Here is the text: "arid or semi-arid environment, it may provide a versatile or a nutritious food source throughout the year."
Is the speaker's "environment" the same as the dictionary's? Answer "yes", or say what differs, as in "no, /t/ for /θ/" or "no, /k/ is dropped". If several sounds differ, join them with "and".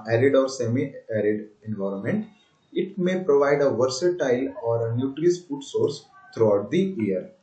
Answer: yes